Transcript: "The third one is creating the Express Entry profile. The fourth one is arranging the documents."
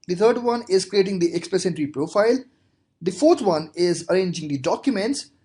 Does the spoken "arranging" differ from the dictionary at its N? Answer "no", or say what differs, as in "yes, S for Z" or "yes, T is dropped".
no